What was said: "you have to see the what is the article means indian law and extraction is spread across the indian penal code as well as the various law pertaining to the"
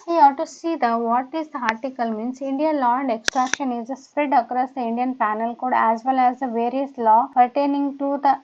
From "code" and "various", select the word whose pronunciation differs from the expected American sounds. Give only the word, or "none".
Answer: none